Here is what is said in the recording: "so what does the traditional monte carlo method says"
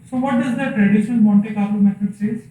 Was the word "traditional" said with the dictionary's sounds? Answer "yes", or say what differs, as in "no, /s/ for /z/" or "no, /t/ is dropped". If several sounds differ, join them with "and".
no, /n/ is dropped